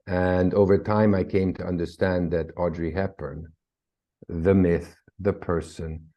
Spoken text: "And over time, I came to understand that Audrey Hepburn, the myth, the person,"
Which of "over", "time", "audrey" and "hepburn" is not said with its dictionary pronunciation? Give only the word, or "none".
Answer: hepburn